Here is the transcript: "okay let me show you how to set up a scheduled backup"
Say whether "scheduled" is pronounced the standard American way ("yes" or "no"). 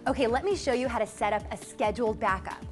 yes